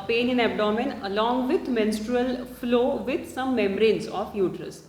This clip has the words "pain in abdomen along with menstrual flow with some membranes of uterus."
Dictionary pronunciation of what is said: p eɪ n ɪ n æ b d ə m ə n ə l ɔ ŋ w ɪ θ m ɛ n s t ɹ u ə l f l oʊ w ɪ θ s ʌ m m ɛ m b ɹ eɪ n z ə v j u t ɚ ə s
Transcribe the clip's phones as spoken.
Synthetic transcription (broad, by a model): p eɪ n ɪ n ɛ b d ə m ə n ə l ɔ ŋ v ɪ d m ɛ n s t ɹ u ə l f l oʊ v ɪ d s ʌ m m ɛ m ɹ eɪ n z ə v j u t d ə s